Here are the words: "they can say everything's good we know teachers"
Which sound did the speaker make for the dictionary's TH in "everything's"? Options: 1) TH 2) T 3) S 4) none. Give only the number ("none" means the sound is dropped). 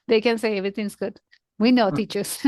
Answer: 2